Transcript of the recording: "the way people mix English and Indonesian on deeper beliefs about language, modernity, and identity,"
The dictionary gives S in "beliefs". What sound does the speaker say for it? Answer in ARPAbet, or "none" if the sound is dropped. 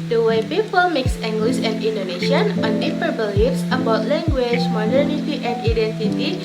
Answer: S